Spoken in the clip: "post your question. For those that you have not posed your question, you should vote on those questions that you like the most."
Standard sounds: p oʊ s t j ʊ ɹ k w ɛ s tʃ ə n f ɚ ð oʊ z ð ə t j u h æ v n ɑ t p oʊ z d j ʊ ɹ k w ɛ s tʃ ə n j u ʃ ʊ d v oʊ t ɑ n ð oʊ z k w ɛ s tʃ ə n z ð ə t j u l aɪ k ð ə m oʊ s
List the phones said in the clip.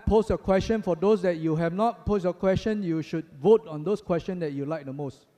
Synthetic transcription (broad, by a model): p oʊ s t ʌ k w ɛ s tʃ ə n f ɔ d oʊ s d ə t j u h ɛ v n ɑ t p oʊ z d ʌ k w ɛ s tʃ ə n j u ʃ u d v oʊ t ɑ n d oʊ s k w ɛ s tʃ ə n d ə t j u l aɪ k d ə m oʊ s